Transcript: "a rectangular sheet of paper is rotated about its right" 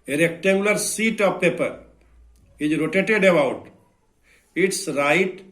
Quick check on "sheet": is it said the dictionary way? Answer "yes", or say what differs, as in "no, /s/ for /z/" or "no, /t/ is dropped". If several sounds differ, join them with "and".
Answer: no, /s/ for /ʃ/